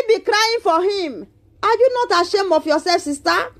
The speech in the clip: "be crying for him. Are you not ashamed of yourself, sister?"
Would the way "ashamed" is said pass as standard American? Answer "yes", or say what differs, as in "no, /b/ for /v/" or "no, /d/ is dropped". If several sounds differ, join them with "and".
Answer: no, /d/ is dropped